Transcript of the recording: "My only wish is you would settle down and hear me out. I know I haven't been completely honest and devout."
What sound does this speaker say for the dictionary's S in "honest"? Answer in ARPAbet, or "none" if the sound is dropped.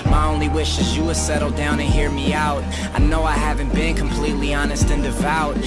S